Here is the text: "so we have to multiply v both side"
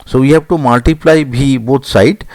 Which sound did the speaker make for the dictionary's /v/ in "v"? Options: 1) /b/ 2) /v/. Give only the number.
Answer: 1